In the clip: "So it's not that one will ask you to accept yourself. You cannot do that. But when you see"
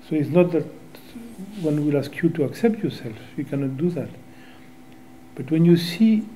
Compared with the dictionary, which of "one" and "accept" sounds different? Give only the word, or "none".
none